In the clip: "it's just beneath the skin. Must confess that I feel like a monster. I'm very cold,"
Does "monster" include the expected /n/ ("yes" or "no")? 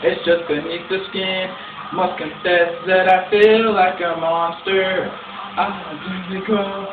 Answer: yes